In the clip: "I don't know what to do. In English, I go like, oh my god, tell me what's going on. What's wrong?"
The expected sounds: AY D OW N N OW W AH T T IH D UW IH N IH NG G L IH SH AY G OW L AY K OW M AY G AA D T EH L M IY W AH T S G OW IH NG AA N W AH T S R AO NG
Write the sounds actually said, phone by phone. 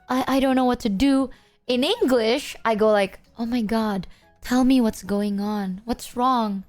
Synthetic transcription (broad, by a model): AY D OW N N OW W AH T T IH D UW IH N IH NG G L IH SH AY G OW L AY K OW M AY G AA D T EH L M IY W AH T S G OW IH NG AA N W AH T S R AO NG